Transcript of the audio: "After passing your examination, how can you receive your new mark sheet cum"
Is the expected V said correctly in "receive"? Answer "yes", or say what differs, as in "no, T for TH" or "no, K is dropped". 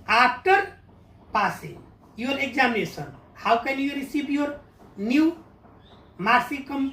no, B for V